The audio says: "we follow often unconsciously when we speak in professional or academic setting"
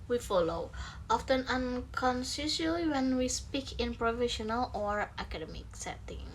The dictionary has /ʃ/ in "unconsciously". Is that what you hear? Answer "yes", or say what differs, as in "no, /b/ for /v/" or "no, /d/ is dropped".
no, /s/ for /ʃ/